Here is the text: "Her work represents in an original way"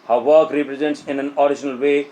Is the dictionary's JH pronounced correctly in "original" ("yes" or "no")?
no